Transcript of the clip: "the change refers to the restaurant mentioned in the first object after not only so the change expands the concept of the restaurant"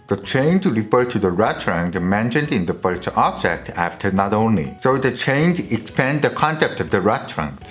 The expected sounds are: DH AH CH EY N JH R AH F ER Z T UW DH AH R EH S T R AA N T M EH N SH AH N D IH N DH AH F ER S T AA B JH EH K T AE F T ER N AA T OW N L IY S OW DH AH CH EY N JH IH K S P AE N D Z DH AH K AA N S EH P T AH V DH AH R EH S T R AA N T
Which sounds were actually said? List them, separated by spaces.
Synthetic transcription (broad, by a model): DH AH CH EY N JH R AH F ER T UW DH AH R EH T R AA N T M EH N SH AH N D IH N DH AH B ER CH AA B JH EH K T AE F T ER N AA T OW N L IY S OW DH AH CH EY N JH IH K S P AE N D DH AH K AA N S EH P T AH V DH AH R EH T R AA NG